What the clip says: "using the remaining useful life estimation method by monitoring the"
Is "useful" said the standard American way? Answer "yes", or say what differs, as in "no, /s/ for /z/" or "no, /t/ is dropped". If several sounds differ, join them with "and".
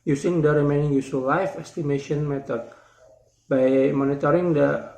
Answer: no, /f/ is dropped